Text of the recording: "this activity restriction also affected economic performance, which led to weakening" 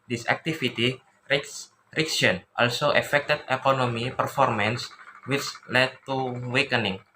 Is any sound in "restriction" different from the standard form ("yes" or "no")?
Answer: yes